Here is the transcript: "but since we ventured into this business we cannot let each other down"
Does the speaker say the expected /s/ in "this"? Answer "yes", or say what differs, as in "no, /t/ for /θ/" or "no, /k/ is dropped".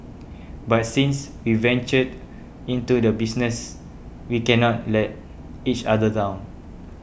no, /s/ is dropped